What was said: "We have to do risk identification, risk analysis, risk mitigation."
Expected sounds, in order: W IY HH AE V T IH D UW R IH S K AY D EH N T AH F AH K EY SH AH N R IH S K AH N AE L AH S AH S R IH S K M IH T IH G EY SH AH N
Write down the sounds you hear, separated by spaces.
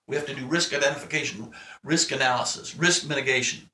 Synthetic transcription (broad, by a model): W IY HH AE F T IH D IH R IH S K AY D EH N T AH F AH K EY SH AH N R IH S K AH N AE L AH S AH S R IH S K M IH T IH G EY SH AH N